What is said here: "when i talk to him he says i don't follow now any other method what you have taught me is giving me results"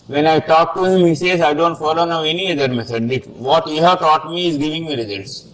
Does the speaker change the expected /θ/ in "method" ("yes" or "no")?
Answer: yes